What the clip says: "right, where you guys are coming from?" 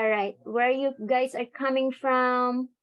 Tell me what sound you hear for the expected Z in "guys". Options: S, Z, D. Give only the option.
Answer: S